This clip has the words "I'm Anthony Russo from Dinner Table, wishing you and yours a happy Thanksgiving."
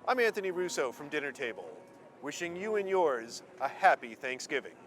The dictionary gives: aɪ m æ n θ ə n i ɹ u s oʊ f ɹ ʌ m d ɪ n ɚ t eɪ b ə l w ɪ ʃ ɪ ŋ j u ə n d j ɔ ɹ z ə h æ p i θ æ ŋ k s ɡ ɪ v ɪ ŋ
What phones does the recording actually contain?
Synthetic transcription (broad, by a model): aɪ m æ n θ ə n i ɹ u s oʊ f ɹ ʌ m d ɪ n ɚ t eɪ b ə l w ɪ ʃ ɪ ŋ j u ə n j ɔ ɹ z ə h æ p i θ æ ŋ k s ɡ ɪ v ɪ ŋ